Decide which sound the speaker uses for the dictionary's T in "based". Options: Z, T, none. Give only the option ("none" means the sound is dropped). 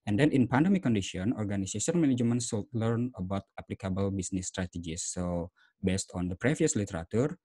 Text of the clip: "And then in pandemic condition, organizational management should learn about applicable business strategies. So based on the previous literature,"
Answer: T